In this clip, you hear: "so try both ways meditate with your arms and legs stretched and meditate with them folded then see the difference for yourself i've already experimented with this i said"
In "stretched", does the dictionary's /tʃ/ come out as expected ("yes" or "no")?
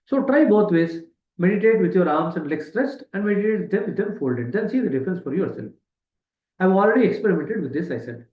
no